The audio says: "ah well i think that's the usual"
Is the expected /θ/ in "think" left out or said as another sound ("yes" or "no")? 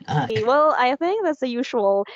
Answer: no